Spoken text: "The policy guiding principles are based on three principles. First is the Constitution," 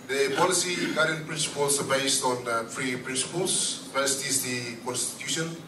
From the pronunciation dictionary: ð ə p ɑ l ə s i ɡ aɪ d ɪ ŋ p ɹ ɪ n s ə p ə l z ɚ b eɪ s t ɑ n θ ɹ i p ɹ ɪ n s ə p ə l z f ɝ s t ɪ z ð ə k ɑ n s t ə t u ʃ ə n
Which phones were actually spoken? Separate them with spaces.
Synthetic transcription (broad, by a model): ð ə p ɑ l ə s i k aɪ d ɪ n p ɹ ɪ n s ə p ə l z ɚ b eɪ s t ɑ n f ɹ i p ɹ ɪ n s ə p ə l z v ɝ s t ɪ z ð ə k ɑ n s t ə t u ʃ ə n